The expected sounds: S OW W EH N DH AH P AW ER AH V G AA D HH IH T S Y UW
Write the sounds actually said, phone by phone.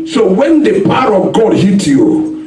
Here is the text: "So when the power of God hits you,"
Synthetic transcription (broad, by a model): S OW W EH N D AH P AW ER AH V G AA D HH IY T Y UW